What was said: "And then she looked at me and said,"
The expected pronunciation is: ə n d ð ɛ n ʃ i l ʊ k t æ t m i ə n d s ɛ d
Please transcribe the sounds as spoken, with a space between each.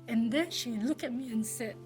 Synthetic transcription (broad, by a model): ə n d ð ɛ n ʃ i l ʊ k æ t m i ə n s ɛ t